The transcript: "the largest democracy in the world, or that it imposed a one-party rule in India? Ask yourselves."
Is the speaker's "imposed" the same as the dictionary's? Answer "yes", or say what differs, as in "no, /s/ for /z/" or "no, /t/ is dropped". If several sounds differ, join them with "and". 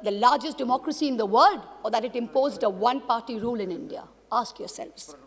yes